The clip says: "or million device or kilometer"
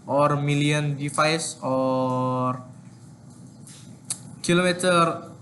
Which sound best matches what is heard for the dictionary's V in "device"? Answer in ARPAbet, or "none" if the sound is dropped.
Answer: F